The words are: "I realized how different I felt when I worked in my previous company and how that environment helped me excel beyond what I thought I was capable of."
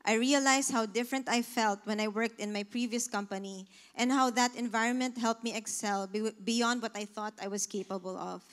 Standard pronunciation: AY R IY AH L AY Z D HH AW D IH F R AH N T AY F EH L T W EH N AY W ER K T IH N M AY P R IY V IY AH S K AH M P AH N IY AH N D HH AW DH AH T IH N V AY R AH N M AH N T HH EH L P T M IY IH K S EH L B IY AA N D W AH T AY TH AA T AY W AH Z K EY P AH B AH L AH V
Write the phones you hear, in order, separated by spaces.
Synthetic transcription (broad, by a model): AY R IY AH L AY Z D HH AW D IH F R AH N T AY F EH L T W EH N AY W ER K T IH N M AY P R IY V IY AH S K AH M P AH N IY AH N D HH AW DH AH T IH N V AY R AH N M AH N T HH EH L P M IY IH K S EH L B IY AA N D W AH T AY TH AA T AY W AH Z K EY P AH B AH L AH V